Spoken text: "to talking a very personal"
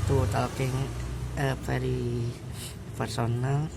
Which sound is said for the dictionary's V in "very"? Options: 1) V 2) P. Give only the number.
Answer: 2